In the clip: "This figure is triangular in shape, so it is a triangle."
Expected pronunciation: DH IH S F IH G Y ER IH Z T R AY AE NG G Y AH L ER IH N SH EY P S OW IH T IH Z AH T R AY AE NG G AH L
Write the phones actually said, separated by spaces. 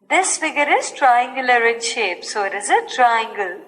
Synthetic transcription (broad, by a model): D IH S F IH G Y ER IH Z T R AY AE NG G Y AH L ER IH N SH EY P S OW IH T IH Z AH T R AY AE NG G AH L